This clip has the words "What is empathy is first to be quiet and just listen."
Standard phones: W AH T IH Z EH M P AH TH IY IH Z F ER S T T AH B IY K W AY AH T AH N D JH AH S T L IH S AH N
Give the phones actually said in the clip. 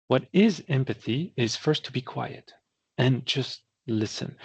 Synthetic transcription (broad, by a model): W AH T IH Z EH M P AH TH IY IH Z F ER S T T AH B IY K W AY AH T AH N JH AH S T L IH S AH N